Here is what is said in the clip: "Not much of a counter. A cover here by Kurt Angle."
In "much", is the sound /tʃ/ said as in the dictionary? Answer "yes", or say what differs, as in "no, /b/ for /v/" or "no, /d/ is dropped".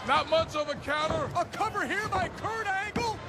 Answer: no, /s/ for /tʃ/